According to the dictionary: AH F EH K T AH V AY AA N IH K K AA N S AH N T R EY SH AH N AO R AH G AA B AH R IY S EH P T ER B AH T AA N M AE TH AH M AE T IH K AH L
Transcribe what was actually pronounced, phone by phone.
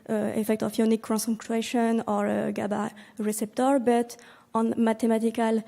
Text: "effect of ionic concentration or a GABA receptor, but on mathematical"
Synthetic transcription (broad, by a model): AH F EH K T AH F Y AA N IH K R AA S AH T EY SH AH N AO R AH G AA B AH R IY S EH P T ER B AH T AA N M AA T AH M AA T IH K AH L